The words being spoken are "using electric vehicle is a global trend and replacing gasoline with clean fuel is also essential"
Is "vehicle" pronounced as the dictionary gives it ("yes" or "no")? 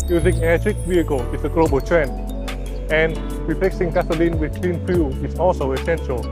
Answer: no